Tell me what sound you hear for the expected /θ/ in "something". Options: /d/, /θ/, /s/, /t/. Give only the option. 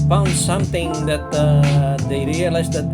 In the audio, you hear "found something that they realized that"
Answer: /t/